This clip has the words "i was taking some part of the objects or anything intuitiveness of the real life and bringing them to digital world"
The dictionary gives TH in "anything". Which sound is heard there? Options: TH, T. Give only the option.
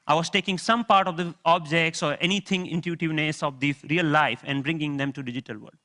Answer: T